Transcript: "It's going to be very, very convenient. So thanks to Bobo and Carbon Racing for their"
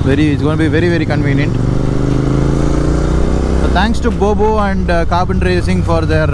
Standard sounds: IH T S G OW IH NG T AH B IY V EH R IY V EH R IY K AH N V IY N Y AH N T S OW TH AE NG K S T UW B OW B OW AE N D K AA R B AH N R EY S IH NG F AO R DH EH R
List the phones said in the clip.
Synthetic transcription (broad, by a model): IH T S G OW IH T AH B IY V EH R IY V EH R IY K AH N V IY N Y AH N T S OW T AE NG K S T UW B OW B OW AE N D K AA R B AH N R EY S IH NG F AO R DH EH R